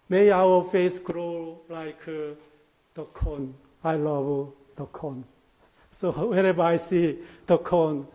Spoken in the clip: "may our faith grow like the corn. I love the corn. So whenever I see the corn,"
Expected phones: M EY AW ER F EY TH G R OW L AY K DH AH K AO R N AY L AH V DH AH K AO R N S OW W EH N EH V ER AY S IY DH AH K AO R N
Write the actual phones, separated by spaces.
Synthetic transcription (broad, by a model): M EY AW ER F EY S G R OW L AY K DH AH K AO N AY L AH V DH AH K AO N S OW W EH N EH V AY S IY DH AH K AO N